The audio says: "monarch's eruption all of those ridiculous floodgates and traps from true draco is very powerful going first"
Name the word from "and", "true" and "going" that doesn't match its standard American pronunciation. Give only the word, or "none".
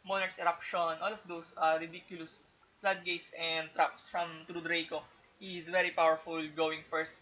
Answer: none